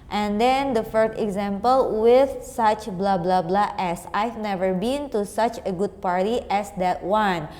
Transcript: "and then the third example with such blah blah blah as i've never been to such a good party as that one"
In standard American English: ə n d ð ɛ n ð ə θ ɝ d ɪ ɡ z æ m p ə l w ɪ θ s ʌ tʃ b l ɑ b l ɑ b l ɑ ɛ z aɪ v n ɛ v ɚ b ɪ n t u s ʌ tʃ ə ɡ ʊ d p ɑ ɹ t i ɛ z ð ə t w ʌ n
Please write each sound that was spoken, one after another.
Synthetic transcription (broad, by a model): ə n d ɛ n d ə f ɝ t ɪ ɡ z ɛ m p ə l w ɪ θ s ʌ tʃ b l ɑ b l ɑ b l ɑ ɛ s aɪ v n ɛ v ɚ b ɪ n t u s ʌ tʃ ə ɡ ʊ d p ɑ ɹ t i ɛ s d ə t w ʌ n